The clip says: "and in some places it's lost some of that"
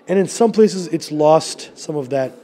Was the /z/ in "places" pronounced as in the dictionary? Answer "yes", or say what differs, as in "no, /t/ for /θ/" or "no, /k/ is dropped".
yes